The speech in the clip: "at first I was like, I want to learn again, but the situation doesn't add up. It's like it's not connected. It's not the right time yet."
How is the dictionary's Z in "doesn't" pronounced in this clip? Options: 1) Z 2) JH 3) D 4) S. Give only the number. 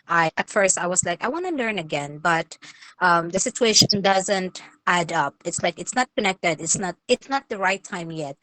1